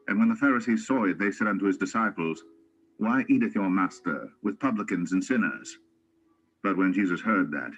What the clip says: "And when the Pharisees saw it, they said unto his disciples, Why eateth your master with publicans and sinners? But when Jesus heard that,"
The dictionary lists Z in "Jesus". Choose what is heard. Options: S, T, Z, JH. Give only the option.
Z